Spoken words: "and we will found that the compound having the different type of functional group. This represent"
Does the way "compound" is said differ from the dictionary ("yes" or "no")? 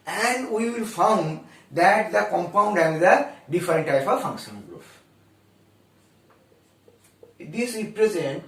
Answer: no